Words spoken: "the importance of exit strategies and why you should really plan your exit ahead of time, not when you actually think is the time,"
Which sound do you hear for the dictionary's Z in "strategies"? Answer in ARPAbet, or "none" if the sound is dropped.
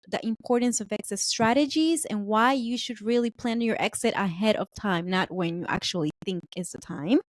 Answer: Z